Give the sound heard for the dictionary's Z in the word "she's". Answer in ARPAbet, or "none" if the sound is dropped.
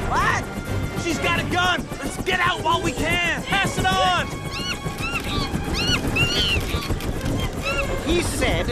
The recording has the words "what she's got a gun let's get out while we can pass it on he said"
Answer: Z